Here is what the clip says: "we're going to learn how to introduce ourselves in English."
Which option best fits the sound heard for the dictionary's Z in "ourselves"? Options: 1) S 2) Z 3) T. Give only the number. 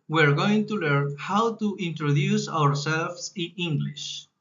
1